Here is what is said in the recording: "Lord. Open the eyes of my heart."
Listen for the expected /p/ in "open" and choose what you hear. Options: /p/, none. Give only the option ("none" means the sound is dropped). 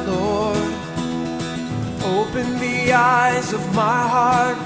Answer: /p/